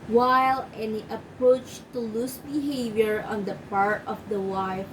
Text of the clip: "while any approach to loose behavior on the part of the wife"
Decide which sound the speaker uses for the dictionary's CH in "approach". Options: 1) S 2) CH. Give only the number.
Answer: 2